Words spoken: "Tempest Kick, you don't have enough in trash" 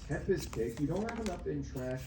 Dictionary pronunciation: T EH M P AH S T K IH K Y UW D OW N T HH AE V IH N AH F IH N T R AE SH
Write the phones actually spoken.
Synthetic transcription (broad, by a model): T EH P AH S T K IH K Y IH D OW N T HH AE V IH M AH P IH N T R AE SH